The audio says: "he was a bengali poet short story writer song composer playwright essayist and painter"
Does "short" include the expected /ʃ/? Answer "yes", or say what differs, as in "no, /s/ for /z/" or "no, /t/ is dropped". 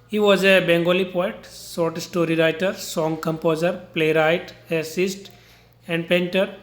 no, /s/ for /ʃ/